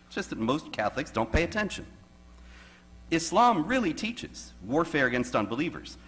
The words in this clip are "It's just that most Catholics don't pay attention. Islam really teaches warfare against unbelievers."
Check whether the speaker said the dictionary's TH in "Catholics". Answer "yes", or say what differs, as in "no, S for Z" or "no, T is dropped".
yes